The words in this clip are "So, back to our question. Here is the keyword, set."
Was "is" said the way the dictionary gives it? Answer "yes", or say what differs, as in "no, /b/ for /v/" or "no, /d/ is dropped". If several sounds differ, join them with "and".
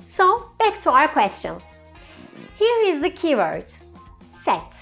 yes